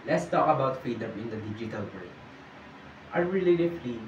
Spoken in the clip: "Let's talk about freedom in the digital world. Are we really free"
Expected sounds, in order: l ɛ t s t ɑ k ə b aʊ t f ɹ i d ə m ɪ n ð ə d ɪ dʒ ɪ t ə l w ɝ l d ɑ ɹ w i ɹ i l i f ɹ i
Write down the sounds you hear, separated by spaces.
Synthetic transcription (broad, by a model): l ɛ t s t ɑ k ə b aʊ t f i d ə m ɪ n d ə d ɪ dʒ ɪ t ə l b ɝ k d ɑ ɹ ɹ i l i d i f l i